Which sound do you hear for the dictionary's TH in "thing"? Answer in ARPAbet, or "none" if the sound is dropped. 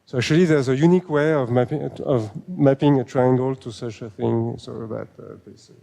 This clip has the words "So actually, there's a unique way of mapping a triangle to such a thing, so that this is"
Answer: TH